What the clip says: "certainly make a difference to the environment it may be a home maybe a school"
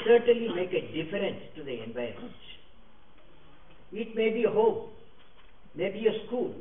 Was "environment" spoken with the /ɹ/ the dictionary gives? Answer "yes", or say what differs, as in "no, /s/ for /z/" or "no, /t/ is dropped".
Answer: no, /ɹ/ is dropped